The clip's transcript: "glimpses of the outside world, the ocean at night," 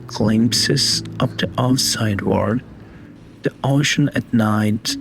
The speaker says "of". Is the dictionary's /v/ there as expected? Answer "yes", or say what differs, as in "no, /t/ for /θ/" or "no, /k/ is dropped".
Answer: no, /p/ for /v/